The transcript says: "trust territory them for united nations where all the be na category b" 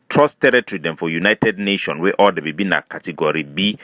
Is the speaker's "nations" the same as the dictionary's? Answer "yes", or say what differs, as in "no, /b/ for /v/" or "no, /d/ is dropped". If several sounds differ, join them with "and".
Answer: no, /z/ is dropped